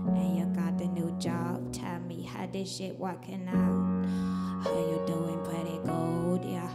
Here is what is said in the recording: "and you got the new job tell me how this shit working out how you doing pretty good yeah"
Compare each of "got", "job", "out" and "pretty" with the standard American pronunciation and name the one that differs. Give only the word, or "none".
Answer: pretty